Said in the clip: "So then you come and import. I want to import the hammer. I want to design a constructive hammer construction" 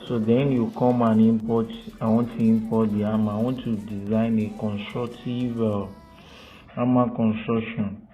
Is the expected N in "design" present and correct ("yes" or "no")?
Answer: yes